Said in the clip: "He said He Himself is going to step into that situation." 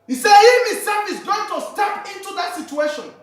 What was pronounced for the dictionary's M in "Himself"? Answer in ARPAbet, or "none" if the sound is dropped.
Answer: none